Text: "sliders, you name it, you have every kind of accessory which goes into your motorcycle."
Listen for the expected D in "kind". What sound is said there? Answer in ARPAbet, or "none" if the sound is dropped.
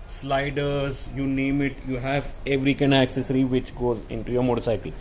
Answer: none